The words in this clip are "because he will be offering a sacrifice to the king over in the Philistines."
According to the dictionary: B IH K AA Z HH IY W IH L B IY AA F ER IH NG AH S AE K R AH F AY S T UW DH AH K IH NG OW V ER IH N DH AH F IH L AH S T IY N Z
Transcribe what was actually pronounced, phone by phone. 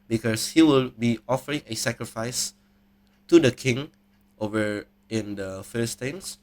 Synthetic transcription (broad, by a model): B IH K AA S HH IY W IH L B IY AA F ER IH NG AH S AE K R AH F AY S T UW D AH K IH NG OW V ER IH N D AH F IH L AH S T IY N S